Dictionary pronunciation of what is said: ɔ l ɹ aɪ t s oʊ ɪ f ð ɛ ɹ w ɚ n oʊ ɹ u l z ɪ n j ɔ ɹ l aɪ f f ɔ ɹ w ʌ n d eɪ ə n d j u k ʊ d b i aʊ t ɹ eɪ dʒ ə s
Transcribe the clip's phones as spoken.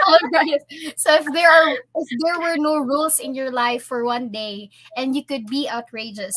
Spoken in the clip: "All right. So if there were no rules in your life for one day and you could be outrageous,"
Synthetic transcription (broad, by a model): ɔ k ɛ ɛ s s oʊ ɪ f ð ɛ ɹ w ɚ n oʊ ɹ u l s ɪ n j ɔ ɹ l aɪ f f ɔ ɹ w ʌ n d eɪ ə n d j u k ʊ d b i aʊ t ɹ eɪ dʒ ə s